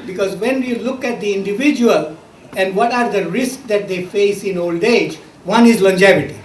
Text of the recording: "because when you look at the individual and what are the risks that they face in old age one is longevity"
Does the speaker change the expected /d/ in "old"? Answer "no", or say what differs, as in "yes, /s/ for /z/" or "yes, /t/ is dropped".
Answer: no